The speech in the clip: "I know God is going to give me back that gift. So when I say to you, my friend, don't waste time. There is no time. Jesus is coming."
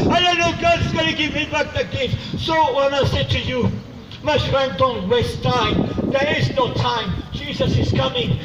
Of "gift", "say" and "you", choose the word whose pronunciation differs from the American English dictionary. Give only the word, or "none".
gift